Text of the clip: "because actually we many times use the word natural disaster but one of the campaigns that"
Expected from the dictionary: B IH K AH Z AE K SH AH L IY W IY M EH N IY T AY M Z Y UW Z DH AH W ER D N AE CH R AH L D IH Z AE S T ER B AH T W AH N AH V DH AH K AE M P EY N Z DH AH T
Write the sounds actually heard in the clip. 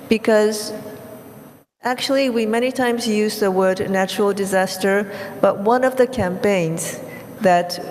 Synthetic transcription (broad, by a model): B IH K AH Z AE K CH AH L IY W IY M EH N IY T AY M Z Y UW Z DH AH W ER D N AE CH R L D IH Z AE S T ER B AH T W AH N AH V DH AH K AE M P EY N Z DH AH T